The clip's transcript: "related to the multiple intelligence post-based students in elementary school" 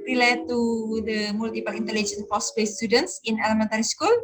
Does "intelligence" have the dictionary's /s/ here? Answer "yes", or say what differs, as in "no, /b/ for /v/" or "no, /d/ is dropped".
no, /s/ is dropped